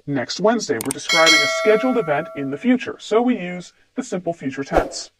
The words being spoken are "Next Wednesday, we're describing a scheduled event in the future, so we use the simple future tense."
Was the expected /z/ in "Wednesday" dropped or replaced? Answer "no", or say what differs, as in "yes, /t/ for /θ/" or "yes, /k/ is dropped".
no